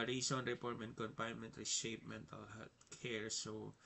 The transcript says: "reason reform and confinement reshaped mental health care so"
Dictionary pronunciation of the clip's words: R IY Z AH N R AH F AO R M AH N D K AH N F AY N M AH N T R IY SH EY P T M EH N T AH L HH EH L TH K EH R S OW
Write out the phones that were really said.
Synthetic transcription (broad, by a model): R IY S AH N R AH P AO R M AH N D K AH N P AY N M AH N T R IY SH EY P M EH N T AH L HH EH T K EH R S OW